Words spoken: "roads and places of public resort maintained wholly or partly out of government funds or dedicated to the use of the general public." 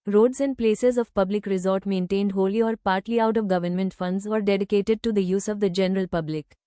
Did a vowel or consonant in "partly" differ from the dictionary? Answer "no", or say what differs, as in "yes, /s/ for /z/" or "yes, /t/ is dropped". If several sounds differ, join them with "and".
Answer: no